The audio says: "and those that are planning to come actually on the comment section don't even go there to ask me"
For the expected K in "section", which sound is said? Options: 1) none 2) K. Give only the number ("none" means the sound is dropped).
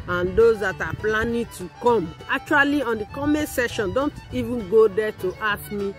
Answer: 1